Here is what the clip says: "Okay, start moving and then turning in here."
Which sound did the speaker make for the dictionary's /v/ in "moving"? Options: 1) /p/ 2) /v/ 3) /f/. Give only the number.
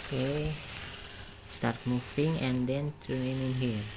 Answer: 3